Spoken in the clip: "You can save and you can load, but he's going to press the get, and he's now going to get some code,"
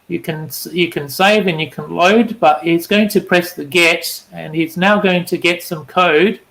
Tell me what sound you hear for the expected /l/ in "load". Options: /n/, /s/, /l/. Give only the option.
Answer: /l/